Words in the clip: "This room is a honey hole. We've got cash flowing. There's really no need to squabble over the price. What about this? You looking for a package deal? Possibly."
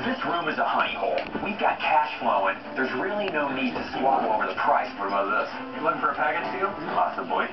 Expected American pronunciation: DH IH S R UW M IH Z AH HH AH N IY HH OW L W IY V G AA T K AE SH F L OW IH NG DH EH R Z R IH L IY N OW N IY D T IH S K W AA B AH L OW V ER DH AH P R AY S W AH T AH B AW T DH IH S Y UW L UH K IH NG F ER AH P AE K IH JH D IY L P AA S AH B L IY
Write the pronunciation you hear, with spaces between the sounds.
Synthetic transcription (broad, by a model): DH IH S R UW M IH Z AH HH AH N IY HH OW L W IY V G AA T K AE SH F L OW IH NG DH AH R Z R IH L IY N OW N IY D T IH S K W AA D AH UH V ER DH AH P R AY S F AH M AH AH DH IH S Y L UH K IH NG F ER AH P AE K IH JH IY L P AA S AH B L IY